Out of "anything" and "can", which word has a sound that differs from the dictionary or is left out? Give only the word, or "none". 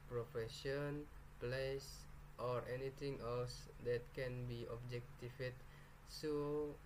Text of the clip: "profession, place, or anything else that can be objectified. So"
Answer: anything